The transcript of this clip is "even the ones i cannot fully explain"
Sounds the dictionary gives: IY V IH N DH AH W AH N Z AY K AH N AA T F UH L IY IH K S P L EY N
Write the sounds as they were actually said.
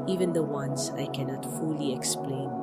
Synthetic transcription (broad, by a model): IY V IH N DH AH W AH N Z AY K AH N AA T F UH L IY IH K S P L EY N